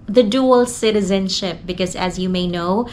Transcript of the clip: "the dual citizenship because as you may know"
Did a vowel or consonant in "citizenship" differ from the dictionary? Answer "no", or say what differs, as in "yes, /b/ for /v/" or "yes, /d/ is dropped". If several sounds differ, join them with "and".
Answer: no